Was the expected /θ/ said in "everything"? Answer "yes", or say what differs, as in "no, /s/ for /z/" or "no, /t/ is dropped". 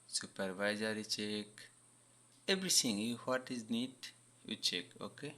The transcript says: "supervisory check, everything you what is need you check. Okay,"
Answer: no, /t/ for /θ/